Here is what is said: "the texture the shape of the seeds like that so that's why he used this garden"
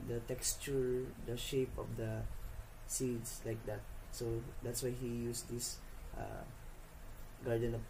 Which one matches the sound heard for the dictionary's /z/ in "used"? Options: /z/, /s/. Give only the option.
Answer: /s/